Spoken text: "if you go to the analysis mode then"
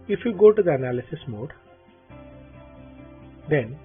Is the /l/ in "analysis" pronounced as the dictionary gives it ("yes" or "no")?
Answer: yes